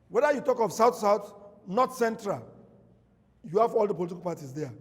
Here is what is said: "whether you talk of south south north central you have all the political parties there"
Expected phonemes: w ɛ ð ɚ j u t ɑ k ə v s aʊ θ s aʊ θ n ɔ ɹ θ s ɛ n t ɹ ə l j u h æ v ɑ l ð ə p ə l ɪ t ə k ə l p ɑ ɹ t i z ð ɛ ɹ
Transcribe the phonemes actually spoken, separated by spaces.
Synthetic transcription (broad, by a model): w ɛ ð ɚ j u t ɑ k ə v s aʊ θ s aʊ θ n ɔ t s ɛ n t ɹ ə l j u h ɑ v ɑ l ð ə p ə l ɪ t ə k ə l p ɑ t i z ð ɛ